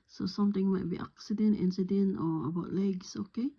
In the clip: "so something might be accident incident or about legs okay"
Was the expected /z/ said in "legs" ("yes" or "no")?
no